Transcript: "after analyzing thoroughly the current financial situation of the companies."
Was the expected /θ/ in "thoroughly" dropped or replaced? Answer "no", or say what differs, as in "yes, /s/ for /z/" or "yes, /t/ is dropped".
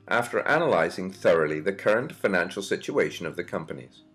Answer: no